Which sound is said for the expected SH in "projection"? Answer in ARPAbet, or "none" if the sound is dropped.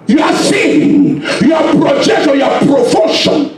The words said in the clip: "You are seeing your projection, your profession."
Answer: none